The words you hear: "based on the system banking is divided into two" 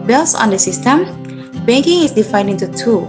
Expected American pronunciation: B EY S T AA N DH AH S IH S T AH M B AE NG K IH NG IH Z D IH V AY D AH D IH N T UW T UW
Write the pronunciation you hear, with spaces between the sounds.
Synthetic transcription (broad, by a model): B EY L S AA N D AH S IH S T AH M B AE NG K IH NG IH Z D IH F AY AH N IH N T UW T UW